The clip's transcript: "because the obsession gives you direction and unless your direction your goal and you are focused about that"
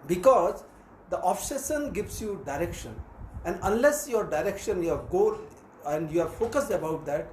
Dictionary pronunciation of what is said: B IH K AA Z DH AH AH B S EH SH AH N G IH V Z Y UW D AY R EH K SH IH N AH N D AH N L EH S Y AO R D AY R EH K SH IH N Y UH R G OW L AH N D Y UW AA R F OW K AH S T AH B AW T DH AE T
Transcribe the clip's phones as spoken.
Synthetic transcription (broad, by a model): B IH K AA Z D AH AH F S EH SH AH N G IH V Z Y UW D AY R EH K SH IH N AH N D AH N L EH S Y AO R D AY R EH K SH IH N Y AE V G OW N AH N D Y UW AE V F OW K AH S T AH B AW T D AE T